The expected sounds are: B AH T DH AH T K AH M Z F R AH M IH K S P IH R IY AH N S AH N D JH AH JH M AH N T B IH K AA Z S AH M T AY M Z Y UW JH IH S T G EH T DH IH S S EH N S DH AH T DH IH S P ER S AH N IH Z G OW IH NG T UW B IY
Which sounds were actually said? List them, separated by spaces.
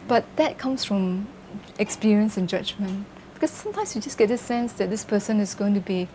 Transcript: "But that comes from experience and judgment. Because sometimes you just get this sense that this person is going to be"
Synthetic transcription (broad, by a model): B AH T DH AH T K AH M S F R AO M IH K S P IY R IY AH N S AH N JH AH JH M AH N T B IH K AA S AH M T AY M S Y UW JH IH S G EH T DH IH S S EH N S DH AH T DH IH S P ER S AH N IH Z G OW IH NG T UW B IY